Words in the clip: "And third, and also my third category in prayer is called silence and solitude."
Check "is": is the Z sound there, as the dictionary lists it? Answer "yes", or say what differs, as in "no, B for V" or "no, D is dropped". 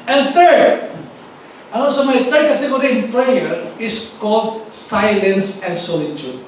no, S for Z